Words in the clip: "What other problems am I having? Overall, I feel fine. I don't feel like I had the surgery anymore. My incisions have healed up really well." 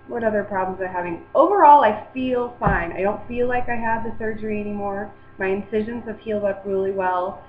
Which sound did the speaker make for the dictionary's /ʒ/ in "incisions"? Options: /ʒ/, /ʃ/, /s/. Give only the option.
/ʒ/